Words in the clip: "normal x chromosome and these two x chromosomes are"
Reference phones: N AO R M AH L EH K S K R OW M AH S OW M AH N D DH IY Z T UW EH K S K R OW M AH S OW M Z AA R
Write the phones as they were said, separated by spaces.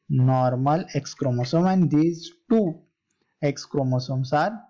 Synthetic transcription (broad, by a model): N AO R M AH L EH K S K R OW M AH S OW M AH N D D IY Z T UW EH K S K R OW M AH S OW M S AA R